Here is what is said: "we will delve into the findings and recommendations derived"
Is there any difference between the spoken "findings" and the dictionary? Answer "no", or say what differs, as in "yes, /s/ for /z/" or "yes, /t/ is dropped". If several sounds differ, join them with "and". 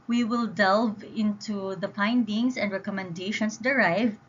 yes, /p/ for /f/ and /s/ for /z/